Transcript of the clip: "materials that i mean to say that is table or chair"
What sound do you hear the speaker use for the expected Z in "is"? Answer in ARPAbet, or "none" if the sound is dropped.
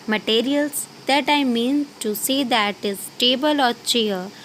S